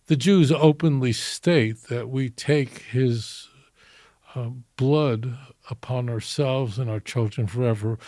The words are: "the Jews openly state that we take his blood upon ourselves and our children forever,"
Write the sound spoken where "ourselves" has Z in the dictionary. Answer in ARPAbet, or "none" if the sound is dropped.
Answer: Z